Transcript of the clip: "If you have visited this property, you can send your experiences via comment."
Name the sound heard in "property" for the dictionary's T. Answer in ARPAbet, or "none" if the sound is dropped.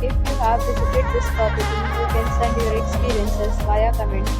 S